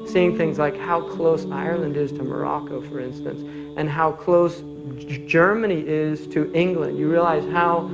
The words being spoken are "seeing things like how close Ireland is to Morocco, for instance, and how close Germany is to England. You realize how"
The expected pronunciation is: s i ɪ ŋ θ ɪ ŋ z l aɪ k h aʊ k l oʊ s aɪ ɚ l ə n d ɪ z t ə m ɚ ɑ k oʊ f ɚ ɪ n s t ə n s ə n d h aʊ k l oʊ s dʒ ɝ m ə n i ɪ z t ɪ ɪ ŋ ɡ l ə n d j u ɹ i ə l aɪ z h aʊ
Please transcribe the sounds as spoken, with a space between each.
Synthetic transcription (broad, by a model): s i ɪ ŋ θ ɪ ŋ z l aɪ k h aʊ k l oʊ s aɪ ɚ l ə n d ɪ z t ə m ɚ ɑ k oʊ f ɚ ɪ n s t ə n s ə n h aʊ k l oʊ s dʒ ɝ m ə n i ɪ z t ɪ ɪ ŋ ɡ l ə n d j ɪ ɹ i ə l aɪ z h aʊ